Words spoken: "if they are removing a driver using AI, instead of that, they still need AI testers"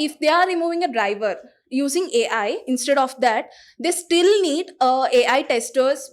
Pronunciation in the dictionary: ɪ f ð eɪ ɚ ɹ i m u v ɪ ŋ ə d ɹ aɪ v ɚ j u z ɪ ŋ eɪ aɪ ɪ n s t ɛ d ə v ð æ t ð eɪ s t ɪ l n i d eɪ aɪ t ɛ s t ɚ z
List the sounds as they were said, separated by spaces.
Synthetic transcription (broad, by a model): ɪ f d eɪ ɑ ɹ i m u v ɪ ŋ ə d ɹ aɪ v ɚ j u z ɪ ŋ eɪ aɪ ɪ n s t ɛ d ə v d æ t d eɪ s t ɪ l n i d eɪ aɪ t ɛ s t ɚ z